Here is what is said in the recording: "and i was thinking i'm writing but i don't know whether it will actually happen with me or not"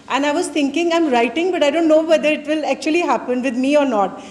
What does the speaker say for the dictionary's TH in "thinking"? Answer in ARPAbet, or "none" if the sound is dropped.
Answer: T